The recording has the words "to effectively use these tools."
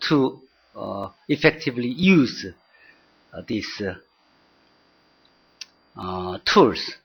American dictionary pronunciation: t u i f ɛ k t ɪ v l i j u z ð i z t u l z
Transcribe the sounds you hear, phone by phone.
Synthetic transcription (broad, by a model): t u i f ɛ k t ɪ v l i j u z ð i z t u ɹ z